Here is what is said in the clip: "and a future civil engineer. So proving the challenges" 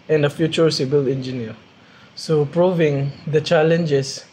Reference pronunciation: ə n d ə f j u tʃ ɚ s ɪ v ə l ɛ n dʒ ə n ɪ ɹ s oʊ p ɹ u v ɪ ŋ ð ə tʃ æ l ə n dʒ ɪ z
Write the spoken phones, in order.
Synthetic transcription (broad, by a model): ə n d ə f j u tʃ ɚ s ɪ b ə l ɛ n dʒ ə n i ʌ s oʊ p ɹ u v ɪ ŋ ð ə tʃ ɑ l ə n dʒ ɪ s